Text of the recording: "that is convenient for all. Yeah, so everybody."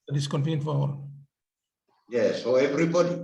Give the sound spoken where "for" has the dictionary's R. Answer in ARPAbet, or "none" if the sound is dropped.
W